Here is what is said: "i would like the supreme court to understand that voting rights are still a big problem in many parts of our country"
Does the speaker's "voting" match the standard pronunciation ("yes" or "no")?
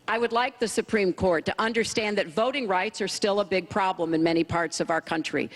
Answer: yes